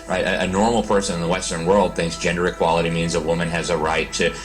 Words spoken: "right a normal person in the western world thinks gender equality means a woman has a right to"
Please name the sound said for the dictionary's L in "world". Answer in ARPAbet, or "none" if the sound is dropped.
L